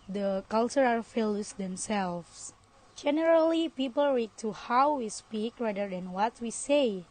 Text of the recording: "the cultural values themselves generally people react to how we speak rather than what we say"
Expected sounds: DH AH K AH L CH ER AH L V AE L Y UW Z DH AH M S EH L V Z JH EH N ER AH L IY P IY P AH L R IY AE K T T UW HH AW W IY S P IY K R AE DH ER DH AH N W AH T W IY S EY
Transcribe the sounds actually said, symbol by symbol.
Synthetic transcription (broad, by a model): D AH K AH L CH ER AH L F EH L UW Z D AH M S EH L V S JH EH N ER AH L IY P IY P AH L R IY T T UW HH AW W IY S P IY K R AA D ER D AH N W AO T W IY S EY